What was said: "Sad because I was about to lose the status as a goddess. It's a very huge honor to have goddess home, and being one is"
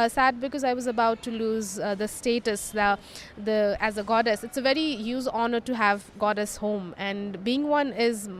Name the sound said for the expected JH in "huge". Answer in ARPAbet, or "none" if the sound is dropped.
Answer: Z